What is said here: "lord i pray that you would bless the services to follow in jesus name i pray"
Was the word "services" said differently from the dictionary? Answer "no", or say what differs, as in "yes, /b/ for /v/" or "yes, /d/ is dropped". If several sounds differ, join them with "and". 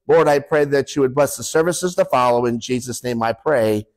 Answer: no